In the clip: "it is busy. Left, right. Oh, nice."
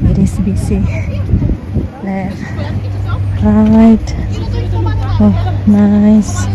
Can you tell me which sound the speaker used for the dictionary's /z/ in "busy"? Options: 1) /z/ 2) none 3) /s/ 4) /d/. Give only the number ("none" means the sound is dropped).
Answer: 3